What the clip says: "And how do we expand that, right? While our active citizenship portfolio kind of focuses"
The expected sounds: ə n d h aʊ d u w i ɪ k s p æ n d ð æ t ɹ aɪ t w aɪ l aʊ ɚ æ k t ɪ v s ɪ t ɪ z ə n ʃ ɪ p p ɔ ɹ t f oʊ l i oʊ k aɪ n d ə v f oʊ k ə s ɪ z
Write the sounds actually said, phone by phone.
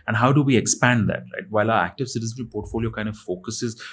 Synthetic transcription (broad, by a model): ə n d h aʊ d u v i ɪ k s p æ n d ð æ t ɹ aɪ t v aɪ l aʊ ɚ æ k t ɪ v s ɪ t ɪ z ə n ɪ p p ɔ ɹ t f oʊ l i oʊ k aɪ n d ə v f oʊ k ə s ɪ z